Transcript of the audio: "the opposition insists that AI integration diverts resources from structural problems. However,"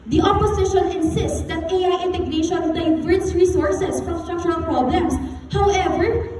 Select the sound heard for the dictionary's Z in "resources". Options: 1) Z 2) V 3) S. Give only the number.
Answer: 3